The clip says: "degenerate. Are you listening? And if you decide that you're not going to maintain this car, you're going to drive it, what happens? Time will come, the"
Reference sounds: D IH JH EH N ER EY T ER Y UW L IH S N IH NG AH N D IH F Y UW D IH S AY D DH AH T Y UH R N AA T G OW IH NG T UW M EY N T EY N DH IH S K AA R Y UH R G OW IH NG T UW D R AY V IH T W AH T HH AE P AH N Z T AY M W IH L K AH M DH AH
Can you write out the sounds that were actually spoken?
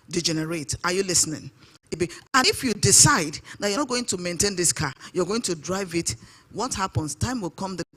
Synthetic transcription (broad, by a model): D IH JH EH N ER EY T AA Y UW L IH S N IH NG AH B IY IH F Y UW D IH S AY D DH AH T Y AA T G OW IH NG T UW M EY N T EY N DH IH S K AA Y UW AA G OW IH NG T UW D R AY V IH T W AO T HH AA P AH N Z T AY M W IH L K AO M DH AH